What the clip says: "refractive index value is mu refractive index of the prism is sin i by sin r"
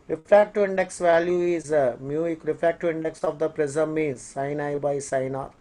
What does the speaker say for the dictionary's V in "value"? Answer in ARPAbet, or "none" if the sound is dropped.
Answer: V